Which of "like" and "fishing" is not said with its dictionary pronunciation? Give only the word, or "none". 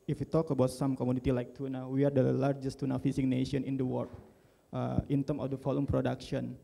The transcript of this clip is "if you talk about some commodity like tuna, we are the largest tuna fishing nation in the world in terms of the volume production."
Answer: fishing